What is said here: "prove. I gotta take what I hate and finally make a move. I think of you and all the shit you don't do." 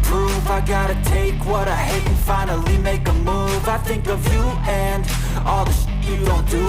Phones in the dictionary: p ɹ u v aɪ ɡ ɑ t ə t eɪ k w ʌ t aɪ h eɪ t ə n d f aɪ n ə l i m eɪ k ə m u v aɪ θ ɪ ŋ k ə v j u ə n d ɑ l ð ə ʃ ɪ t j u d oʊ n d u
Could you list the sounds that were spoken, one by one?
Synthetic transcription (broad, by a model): p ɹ u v aɪ ɡ ɑ t ə t eɪ k w ʌ t aɪ h eɪ ə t f aɪ n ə l i m eɪ k ə m u v aɪ θ ɪ ŋ k ə v j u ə n ɑ l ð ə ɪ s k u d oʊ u